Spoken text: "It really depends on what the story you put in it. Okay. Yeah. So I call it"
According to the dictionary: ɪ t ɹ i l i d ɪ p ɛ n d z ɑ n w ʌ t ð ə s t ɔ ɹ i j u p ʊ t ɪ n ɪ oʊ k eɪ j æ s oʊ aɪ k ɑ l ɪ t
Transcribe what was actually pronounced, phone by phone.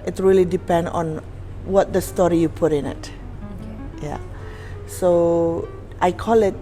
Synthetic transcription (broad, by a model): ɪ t ɹ i l i d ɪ p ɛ n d ɑ n w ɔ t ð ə s t ɔ ɹ i j u p ʊ t ɪ n ɪ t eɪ j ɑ s oʊ aɪ k ɑ l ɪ t